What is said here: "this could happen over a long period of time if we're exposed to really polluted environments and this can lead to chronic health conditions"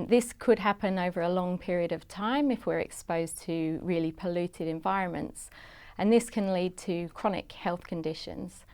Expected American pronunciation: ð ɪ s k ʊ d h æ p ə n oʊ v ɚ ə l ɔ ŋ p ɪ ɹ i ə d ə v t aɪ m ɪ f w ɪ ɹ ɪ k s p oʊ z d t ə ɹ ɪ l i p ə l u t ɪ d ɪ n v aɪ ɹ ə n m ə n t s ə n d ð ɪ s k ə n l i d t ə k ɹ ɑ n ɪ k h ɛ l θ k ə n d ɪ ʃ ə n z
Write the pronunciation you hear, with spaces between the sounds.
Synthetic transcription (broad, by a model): ð ɪ s k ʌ d h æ p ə n oʊ v ɚ ə l ɔ ŋ p ɪ ɹ i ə d ə v t aɪ m ɪ f w ɪ ɹ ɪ k s p oʊ z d t ə ɹ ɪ l i p ə l u t ɪ d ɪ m v aɪ ɹ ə n m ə n t s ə n ð ɪ s k ə n l i d t ə k ɹ ɑ n ɪ k h ɛ l θ k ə n d ɪ ʃ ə n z